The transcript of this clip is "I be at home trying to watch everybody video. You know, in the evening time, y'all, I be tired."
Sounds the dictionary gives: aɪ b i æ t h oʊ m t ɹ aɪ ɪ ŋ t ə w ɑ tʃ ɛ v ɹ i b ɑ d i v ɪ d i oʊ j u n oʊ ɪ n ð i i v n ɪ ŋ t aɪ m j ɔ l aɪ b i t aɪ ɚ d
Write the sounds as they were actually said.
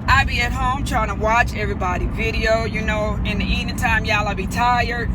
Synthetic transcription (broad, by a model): aɪ b i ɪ t h oʊ m t ɹ aɪ ɪ ŋ t ə w ɑ tʃ ɛ v ɹ i b ɑ d i v ɪ d i oʊ j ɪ n oʊ ɪ n ð i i n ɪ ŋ t aɪ m j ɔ l aɪ b i t aɪ ɚ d